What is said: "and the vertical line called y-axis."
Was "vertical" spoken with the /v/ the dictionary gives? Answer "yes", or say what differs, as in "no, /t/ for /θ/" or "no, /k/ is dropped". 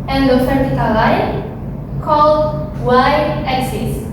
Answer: no, /f/ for /v/